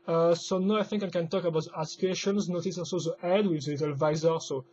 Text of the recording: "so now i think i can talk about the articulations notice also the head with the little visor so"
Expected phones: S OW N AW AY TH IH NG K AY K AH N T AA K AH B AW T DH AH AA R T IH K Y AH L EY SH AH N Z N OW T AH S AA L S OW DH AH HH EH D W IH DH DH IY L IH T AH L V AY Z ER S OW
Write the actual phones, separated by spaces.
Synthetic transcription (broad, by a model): S OW N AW AY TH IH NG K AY K AH N T AA K AH B AW T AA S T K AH EY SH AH N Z N OW T AH S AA N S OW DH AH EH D W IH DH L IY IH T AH L V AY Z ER S OW